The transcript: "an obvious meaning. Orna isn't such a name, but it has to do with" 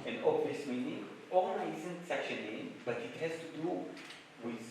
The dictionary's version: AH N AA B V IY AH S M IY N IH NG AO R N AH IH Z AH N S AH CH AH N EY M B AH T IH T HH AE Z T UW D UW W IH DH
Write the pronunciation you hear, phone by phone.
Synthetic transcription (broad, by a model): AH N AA V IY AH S M IY N IH NG AO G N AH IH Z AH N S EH SH AH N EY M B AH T IH T HH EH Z T UW D UW W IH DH